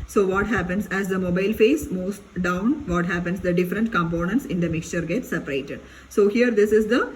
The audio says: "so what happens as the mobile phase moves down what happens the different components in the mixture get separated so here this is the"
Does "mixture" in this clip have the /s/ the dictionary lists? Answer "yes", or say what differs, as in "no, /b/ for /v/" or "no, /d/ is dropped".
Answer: yes